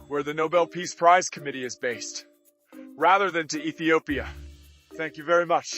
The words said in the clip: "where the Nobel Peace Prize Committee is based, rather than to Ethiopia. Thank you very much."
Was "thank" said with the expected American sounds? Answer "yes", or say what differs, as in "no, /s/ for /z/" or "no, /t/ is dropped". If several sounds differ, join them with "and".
yes